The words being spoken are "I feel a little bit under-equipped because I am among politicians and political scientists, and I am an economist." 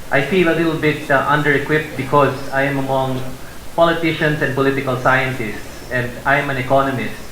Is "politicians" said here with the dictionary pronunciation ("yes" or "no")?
no